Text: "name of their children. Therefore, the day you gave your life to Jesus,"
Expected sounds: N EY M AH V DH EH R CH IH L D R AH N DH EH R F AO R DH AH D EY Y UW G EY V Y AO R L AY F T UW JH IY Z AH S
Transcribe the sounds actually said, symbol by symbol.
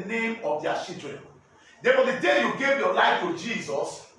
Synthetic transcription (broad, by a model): N EY M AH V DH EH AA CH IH D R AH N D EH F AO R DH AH D EY Y UW G EY V Y AO L AY F T UW JH IY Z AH S